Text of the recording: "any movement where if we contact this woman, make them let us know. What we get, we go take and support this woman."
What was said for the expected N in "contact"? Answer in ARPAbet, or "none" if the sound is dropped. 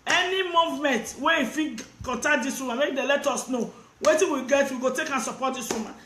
none